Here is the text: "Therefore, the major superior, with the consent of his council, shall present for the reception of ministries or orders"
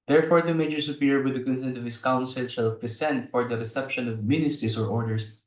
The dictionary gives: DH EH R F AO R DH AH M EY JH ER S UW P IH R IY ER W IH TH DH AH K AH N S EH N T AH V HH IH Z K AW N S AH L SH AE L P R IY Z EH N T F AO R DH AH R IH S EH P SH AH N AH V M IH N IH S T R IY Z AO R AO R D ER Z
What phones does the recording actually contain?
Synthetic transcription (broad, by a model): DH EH R F AO R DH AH M EY JH ER S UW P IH R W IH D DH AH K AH N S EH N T AH V HH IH S K AW N S AH L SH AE L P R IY S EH N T F AO R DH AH R IH S EH P SH AH N AH V M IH N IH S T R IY S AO R AO R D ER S